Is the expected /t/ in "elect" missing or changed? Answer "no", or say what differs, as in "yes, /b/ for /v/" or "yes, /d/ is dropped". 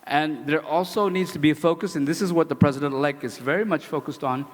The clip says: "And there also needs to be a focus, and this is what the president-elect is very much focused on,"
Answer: yes, /t/ is dropped